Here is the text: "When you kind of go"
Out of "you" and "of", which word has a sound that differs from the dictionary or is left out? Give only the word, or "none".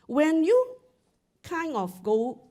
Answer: of